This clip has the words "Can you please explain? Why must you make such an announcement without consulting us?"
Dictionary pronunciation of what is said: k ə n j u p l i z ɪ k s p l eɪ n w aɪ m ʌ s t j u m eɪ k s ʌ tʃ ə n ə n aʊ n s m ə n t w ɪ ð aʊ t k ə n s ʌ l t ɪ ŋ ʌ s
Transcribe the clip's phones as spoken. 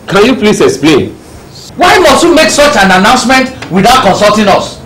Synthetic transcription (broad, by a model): k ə n j u p l i s ɪ k s p l eɪ n w aɪ m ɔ s t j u m eɪ k s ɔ tʃ ə n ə n aʊ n s m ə n t w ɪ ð aʊ t k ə n s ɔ l t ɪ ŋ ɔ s